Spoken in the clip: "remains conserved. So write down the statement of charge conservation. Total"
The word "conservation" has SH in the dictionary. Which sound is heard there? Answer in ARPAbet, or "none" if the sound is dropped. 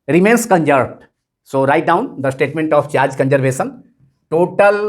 S